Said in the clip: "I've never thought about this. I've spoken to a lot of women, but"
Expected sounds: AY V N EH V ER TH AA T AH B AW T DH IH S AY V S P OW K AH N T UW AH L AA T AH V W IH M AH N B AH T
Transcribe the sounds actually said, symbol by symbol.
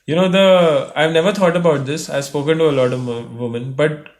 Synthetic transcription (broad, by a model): AY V N EH V ER T AA T AH B AW T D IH S AY V S P OW K AH N T UW AH L AA T AH V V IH M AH N B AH T